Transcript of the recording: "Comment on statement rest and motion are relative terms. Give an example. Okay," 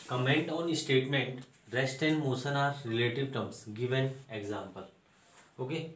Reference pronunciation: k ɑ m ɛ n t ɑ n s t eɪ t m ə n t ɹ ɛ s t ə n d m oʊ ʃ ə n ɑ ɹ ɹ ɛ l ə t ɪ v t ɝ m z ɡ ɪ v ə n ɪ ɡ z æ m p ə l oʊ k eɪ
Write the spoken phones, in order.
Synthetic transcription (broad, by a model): k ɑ m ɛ n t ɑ n s t eɪ t m ə n t ɹ ɛ s t ə n d m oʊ s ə n ɑ ɹ ɹ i l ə t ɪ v t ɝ m s ɡ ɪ v ə n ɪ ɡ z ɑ m p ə l oʊ k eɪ